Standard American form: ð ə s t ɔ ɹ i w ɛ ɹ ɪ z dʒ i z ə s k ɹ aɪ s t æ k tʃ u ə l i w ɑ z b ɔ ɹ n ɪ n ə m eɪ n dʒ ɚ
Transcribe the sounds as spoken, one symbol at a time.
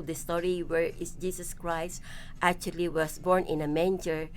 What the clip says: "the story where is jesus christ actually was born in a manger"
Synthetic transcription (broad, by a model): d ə s t ɔ ɹ i w ɛ ɹ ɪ s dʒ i s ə s k ɹ aɪ s t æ k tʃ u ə l i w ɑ s b ɔ ɹ n ɪ n ə m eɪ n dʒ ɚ